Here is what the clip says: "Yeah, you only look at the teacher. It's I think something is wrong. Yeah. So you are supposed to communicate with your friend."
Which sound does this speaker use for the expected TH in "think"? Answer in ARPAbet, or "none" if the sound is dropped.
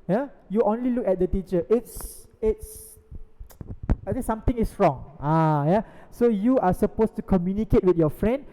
S